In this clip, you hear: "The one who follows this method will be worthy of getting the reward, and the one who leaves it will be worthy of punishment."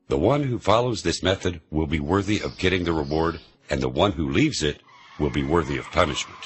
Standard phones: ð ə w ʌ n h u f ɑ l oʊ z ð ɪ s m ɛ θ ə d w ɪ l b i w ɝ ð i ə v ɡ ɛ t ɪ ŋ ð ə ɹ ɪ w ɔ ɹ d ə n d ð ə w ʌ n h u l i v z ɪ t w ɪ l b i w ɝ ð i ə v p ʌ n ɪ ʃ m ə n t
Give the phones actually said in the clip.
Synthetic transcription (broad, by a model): ð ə w ʌ n h u f ɑ l oʊ z ð ɪ s m ɛ θ ə d w ɪ l b i w ɝ ð i ə v ɡ ɛ t ɪ ŋ ð ə ɹ ɪ w ɔ ɹ d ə n ð ə w ʌ n h u l i v z ɪ t w ɪ l b i w ɝ ð i ə v p ʌ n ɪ ʃ m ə n t